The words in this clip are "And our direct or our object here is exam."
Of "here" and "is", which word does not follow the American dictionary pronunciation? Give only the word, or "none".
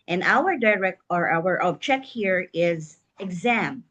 none